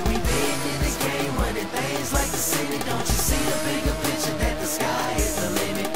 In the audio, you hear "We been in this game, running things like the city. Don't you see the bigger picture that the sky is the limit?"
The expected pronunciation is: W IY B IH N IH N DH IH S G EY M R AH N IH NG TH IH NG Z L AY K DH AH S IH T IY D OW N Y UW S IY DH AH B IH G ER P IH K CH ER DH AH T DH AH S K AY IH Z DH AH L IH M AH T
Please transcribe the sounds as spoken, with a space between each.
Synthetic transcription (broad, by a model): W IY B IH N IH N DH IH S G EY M W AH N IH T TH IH Z L AY K DH AH S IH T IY D OW N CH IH S IY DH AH B IH G ER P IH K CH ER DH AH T DH AH S K AY IH Z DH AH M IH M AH